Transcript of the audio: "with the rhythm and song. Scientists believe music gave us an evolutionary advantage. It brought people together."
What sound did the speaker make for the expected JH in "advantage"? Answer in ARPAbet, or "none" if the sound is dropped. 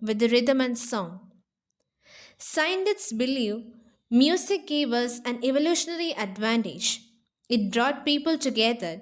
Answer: JH